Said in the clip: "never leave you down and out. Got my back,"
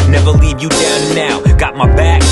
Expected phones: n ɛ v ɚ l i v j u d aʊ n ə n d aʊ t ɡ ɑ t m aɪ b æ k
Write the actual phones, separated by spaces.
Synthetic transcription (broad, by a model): n ɛ v ɚ l i v j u d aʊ ə n aʊ ɡ ɑ t m aɪ b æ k